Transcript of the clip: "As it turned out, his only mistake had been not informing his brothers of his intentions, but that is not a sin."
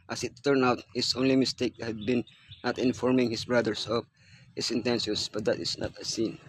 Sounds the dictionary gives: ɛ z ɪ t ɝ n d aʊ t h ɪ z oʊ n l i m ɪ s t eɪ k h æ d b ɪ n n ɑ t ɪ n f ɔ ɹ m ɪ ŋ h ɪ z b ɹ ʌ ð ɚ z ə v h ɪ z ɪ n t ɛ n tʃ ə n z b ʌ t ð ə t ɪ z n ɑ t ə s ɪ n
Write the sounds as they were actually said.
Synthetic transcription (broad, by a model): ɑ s ɪ t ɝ n aʊ t h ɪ s oʊ n l i m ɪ s t eɪ k h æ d b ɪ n n ɑ t ɪ n f ɔ ɹ m ɪ ŋ h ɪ s b ɹ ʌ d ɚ s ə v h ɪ s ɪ n t ɛ n s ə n s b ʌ t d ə t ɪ s n ɑ t ə s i n